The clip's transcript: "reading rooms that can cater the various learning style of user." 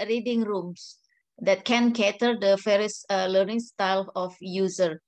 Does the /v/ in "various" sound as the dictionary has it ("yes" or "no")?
no